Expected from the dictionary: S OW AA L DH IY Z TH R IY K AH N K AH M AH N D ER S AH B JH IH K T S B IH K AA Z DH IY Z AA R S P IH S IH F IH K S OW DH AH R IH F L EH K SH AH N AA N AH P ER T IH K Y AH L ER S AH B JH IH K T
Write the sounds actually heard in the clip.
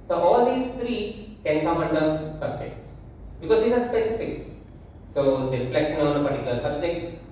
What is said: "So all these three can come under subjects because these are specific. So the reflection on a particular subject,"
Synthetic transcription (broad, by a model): S OW AA L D IY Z T R IY K AH N K AH M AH N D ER S AH B JH IH K T S B IH K AA Z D IY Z AA R S P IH S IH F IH K S OW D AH R IH F L EH K SH AH N AA N AH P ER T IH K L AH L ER S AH B JH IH K T